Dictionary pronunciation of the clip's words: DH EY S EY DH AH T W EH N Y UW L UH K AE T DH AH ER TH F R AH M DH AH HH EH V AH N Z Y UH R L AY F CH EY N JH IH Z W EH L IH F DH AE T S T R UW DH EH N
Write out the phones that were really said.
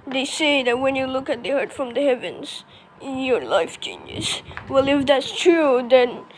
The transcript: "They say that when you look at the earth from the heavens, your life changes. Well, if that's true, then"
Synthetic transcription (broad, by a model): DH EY S EY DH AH T W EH N Y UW L UH K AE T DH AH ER T F R AH M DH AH HH EH V AH N Z Y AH R L AY F CH EY N JH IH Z W EH L IH F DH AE T S T R UW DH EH N